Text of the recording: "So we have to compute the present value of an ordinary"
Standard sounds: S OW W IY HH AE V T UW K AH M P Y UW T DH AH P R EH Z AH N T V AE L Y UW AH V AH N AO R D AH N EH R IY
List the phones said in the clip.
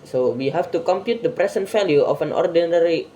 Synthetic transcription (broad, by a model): S OW W IY HH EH F T UW K AH M P Y UW T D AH P R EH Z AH N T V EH L Y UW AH F AH N AO R D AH N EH R IY